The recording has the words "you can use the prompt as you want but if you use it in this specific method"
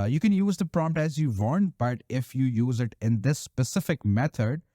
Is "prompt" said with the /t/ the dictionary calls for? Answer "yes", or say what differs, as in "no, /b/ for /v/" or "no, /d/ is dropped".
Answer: yes